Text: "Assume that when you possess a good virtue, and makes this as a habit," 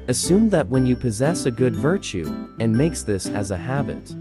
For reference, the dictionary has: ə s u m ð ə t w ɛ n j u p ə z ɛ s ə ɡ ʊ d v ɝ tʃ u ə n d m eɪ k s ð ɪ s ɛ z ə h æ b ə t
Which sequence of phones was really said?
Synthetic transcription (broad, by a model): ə s u m ð ə t w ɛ n j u p ə z ɛ s ə ɡ ʊ d v ɝ tʃ u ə n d m eɪ k s ð ɪ s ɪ z ə h æ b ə t